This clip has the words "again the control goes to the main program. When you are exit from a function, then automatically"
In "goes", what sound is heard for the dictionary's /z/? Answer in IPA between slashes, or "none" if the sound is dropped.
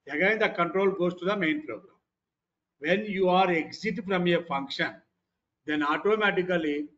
/s/